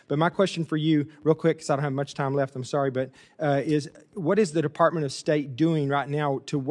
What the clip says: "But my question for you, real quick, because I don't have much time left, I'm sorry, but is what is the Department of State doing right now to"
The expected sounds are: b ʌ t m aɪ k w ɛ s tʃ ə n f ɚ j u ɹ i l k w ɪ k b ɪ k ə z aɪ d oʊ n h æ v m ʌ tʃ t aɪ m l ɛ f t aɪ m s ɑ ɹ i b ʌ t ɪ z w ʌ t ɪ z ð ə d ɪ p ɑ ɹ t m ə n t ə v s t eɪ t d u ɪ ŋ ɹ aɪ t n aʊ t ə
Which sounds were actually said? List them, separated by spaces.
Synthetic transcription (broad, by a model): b ʌ t m aɪ k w ɛ s tʃ n f ɚ j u ɹ i l k w ɪ k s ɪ ə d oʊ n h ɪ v m ʌ tʃ t aɪ m l ɛ f t aɪ m s ɑ ɹ i b ʌ t ɪ z w ʌ t ɪ z ð ə d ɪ p ɑ ɹ t m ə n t ə v s t eɪ t d u ɪ ŋ ɹ aɪ t n aʊ t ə